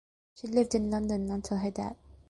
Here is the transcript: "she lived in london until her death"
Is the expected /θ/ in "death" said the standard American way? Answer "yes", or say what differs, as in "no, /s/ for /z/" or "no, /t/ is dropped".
no, /t/ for /θ/